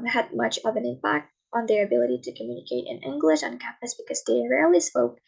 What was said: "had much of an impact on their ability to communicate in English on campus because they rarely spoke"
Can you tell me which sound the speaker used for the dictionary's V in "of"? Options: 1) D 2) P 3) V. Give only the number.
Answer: 3